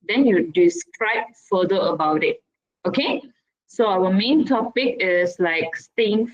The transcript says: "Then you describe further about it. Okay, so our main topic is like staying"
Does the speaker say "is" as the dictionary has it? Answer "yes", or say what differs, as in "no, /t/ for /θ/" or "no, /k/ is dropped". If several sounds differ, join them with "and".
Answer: no, /s/ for /z/